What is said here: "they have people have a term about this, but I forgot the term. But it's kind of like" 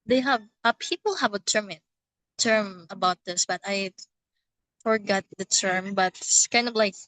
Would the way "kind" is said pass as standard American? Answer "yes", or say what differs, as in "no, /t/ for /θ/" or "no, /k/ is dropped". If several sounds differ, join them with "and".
yes